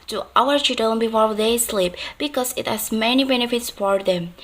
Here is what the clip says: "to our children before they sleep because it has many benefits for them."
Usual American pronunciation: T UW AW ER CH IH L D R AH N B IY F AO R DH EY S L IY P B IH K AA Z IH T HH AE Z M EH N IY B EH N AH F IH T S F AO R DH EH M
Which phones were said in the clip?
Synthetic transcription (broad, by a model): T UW AW ER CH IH D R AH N B IY F AO R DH EY S L IY P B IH K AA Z IH T HH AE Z M EH N IY B EH N AH F IH T S F AO R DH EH M